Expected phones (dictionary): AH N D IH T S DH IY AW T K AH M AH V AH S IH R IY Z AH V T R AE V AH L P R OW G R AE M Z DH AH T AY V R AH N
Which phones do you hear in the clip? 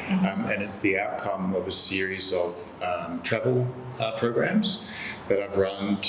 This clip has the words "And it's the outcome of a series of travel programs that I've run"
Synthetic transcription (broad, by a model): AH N IH T S DH IY AW T K AH M AH V AH S IH R IY Z AH V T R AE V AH L P R OW G R AE M Z DH AH T AY V R AH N